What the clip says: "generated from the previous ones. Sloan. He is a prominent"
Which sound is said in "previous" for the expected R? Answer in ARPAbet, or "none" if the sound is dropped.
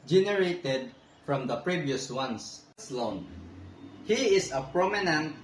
R